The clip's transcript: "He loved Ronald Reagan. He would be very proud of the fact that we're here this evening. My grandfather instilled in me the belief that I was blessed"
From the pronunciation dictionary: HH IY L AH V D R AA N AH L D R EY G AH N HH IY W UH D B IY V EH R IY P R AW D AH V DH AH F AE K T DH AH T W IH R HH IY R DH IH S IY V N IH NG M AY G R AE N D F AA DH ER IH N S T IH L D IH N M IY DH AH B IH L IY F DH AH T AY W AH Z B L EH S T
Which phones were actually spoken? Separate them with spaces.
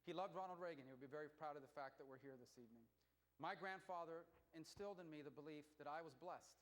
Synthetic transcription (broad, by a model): HH IY L AH V D R AA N L D R EY G AH N HH IY W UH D B IY V EH R IY P R AW D AH V DH AH F AE K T DH AH T W IH R HH IY R DH IH S IY V N IH NG M AY G R AE N D F AA DH ER IH N S T IH L D IH N M IY DH AH B IH L IY F DH AH T AY W AH Z B L EH S T